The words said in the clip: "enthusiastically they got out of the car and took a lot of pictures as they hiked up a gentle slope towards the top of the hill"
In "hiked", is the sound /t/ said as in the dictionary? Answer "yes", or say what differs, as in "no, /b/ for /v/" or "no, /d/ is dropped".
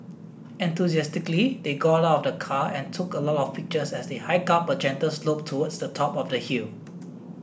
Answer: no, /t/ is dropped